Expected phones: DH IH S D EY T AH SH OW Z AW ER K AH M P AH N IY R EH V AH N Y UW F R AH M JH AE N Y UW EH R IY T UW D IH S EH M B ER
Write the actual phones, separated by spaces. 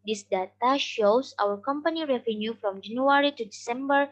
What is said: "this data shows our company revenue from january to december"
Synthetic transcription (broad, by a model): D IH S D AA T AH SH OW S AW ER K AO M P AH N IY R EH V AH N Y UW F R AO M JH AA N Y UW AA R IY T UW D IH S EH M B ER